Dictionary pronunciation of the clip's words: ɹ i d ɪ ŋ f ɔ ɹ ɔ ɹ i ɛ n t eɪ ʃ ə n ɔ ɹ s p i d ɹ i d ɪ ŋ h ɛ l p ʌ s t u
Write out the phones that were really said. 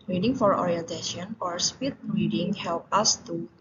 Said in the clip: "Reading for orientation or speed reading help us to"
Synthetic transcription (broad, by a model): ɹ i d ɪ ŋ f ɔ ɹ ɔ ɹ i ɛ n t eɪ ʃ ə n ɔ ɹ s p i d ɹ i d ɪ ŋ h ɛ l p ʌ s t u